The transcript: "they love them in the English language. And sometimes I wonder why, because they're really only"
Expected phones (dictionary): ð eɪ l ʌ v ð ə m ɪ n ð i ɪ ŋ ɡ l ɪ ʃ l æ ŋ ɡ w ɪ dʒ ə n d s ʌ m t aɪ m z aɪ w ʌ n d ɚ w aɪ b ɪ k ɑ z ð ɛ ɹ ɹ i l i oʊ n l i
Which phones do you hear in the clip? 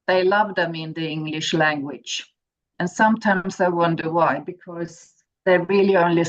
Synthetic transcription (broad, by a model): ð eɪ l ʌ v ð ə m ɪ n ð i ɪ ŋ ɡ l ɪ ʃ l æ ŋ ɡ w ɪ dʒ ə n s ʌ m t aɪ m z aɪ w ʌ n d ɚ w aɪ b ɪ k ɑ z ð ɛ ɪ ɹ i l i oʊ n l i